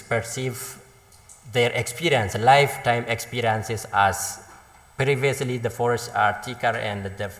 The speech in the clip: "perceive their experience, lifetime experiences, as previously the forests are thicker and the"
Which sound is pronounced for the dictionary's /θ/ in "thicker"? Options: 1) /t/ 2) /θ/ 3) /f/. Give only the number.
1